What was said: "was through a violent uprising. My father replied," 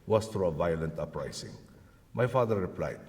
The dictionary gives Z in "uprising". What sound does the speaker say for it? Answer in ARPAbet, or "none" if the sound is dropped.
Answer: S